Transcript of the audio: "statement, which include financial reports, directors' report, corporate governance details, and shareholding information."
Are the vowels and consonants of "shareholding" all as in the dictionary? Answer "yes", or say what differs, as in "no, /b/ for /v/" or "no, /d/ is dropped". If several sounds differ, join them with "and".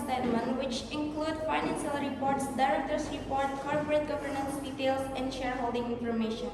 yes